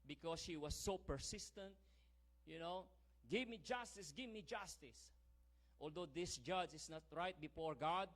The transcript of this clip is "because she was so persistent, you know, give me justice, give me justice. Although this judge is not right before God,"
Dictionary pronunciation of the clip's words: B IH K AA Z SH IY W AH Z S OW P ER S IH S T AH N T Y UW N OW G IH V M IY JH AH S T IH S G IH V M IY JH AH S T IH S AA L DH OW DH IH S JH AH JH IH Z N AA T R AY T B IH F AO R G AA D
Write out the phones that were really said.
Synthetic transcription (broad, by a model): B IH K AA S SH IY W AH S OW P ER S IH S T AH N T Y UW N OW G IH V M IY JH AH S T IH S G IH V M IY JH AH S T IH S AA L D OW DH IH S JH AH JH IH S N AA T R AY T B IH F AO R G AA D